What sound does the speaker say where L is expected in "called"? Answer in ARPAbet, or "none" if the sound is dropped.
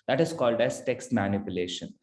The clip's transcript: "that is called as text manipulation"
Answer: L